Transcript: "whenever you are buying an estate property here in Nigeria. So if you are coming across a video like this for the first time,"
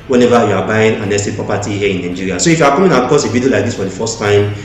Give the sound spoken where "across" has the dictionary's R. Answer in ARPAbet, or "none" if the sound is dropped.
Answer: none